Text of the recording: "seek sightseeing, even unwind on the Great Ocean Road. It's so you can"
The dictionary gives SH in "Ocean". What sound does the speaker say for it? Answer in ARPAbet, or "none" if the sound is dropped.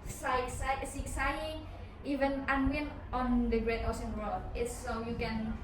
S